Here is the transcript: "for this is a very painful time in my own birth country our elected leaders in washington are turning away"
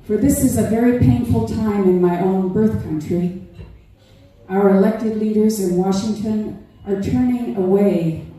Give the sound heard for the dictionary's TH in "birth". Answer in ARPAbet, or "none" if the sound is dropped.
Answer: TH